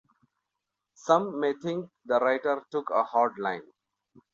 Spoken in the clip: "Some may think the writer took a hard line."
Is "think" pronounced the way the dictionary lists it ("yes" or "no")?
no